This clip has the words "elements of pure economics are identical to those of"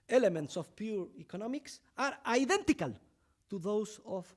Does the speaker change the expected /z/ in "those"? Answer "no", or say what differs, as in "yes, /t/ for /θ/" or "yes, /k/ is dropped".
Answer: yes, /s/ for /z/